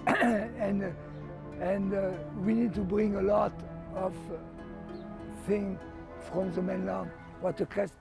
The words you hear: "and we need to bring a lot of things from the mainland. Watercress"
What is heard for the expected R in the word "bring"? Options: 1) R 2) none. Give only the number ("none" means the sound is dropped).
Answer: 1